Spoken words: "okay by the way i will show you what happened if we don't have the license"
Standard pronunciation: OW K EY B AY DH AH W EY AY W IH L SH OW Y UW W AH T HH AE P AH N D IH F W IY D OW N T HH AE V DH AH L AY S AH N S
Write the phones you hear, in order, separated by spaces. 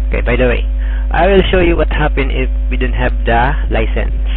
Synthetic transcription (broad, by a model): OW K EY B AY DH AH W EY AY W IH L SH OW Y UW W AH T HH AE P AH N IH F W IY D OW N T HH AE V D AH L AY S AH N S